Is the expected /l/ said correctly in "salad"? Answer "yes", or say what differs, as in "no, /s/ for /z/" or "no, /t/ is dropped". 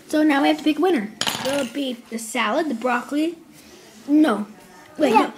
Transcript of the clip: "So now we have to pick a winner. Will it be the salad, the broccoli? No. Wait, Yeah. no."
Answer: yes